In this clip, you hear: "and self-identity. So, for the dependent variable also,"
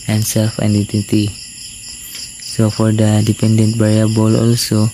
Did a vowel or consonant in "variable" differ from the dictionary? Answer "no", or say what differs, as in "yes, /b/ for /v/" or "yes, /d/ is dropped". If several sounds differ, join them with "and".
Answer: yes, /b/ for /v/